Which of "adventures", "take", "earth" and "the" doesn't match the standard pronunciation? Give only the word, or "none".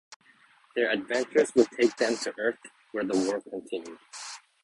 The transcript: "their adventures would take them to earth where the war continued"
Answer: none